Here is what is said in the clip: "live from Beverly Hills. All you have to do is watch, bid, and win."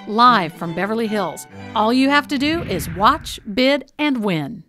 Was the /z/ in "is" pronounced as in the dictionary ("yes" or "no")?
yes